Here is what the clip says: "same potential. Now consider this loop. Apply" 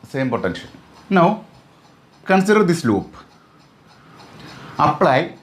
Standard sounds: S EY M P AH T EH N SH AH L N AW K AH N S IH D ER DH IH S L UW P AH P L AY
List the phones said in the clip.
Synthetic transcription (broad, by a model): S EY M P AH T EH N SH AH N N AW K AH N S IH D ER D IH S L UW P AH P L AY